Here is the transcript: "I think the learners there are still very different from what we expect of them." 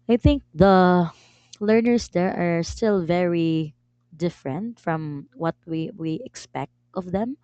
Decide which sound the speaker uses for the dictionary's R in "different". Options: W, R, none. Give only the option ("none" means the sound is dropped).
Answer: R